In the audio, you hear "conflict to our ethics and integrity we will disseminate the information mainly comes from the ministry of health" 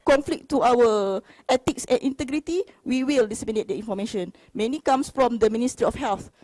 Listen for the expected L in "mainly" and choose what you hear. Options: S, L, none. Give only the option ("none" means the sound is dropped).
none